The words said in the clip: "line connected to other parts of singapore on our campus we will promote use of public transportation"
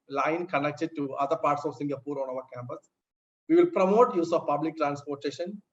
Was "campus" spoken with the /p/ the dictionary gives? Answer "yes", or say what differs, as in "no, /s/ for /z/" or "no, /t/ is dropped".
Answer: yes